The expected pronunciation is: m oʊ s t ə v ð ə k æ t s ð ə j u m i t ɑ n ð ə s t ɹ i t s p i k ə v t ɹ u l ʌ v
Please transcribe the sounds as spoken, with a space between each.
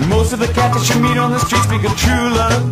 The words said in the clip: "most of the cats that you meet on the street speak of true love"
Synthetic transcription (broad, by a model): m oʊ s t ə v ð ə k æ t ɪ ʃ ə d m i t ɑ n ð ə s t ɹ i t s b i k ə t ɹ u l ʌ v